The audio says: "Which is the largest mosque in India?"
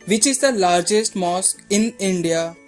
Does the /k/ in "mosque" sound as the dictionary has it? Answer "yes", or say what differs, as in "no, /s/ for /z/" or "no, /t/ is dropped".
no, /k/ is dropped